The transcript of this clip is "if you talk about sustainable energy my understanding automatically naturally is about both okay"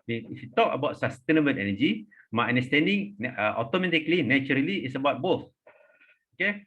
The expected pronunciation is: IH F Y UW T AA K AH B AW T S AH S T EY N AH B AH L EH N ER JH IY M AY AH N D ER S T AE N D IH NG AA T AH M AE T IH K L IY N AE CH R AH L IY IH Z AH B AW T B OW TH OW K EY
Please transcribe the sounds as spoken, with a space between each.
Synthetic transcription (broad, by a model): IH F Y UW T AA K AH B AW T S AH S T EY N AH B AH N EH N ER JH IY M AY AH N D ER S T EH N D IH NG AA T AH M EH T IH K L IY N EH CH R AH L IY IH S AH B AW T B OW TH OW K EY